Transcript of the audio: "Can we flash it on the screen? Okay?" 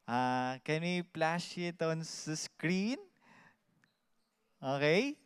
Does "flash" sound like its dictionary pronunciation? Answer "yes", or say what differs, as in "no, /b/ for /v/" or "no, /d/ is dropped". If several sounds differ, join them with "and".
no, /p/ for /f/